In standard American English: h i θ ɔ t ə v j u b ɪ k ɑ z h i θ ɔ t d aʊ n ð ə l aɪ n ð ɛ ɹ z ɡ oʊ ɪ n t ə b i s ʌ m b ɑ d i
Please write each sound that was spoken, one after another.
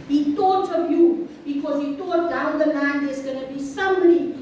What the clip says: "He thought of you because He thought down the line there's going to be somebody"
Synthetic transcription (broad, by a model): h i t ɔ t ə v j u b ɪ k ɑ z h i t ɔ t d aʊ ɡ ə n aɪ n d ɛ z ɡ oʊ n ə b i s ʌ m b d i